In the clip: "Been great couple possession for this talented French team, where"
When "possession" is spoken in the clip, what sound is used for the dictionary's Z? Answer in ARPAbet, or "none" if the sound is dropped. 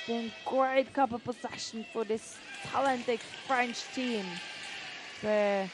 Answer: S